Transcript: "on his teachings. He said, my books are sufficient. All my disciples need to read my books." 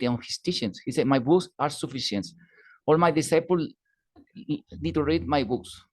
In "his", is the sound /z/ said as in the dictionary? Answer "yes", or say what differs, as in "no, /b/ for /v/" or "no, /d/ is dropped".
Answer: no, /s/ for /z/